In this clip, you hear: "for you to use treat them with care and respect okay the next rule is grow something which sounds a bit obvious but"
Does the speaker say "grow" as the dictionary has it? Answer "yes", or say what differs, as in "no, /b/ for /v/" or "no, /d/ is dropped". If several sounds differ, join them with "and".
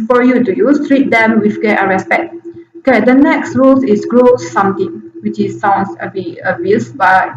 yes